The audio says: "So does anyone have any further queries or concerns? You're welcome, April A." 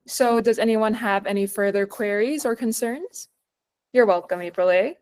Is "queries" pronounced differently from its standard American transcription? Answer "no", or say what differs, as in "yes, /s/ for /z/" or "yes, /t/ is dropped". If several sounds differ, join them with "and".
no